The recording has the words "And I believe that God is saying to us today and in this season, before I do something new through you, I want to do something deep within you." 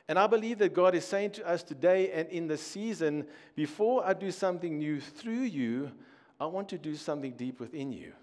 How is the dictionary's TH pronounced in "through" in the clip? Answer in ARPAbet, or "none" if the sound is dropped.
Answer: TH